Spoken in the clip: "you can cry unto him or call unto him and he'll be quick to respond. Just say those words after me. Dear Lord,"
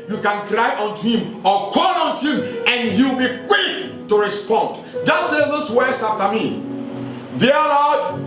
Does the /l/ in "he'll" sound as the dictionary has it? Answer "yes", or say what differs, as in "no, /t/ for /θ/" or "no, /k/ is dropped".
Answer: no, /w/ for /l/